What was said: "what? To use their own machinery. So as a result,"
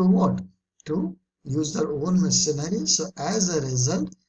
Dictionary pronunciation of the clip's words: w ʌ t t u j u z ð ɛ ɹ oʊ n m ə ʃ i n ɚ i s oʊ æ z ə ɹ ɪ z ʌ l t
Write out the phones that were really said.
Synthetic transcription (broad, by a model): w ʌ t t u j u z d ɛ ɹ oʊ n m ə s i n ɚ i s oʊ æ z ə ɹ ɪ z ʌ l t